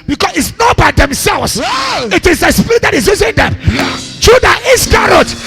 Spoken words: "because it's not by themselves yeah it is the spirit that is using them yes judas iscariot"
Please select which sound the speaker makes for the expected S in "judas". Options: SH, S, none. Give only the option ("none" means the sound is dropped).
none